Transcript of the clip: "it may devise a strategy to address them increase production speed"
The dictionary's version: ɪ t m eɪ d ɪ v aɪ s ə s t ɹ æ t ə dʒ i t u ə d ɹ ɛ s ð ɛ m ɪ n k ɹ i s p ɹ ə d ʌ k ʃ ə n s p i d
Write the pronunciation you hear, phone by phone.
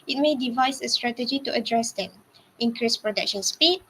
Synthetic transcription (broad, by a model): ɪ t m eɪ d ɪ v aɪ s ə s t ɹ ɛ t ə dʒ i t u ə d ɹ ɛ s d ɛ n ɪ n k ɹ i s p ɹ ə d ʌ k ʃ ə n s p i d